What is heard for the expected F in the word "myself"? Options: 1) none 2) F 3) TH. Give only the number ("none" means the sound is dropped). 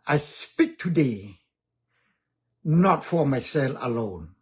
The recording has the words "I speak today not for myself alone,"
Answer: 1